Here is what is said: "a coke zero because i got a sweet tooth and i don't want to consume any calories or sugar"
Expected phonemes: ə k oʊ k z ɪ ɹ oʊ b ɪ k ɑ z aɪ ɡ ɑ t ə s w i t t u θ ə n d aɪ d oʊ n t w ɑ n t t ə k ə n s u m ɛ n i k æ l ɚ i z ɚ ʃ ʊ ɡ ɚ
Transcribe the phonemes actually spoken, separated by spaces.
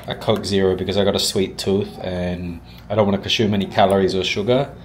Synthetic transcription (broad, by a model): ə k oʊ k z ɪ ɹ oʊ b ɪ k ɑ z aɪ ɡ ɑ t ə s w i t t u θ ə n aɪ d oʊ n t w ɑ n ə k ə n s u m ɛ n i k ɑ l ɚ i z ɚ ʃ ʊ ɡ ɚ